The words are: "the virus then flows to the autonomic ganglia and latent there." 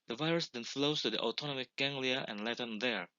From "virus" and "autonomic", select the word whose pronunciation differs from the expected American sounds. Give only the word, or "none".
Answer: none